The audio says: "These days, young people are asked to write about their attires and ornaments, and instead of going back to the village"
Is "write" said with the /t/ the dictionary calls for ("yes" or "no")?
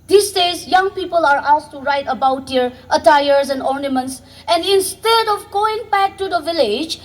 yes